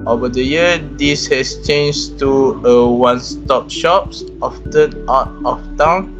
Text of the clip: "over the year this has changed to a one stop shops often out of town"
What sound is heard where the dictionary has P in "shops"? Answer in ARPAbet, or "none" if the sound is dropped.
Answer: P